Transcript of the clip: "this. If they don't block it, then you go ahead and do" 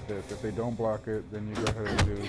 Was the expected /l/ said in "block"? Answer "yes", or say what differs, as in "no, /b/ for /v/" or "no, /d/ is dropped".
yes